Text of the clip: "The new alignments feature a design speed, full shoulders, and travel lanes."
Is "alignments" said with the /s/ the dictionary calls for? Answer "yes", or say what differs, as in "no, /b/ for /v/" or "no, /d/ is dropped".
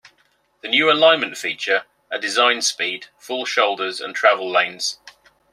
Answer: no, /s/ is dropped